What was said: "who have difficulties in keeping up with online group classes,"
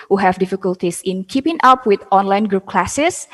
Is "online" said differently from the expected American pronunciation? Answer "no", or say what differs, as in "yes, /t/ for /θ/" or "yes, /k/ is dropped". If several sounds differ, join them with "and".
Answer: no